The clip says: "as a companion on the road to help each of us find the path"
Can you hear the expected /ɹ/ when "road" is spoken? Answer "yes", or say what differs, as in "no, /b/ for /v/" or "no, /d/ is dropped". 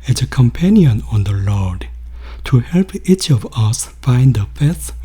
no, /l/ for /ɹ/